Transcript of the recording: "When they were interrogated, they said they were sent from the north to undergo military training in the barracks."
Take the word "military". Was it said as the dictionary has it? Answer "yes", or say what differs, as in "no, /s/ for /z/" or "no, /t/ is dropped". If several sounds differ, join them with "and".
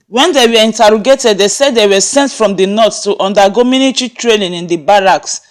no, /n/ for /l/